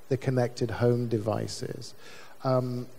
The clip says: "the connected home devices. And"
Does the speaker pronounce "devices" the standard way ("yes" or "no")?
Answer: yes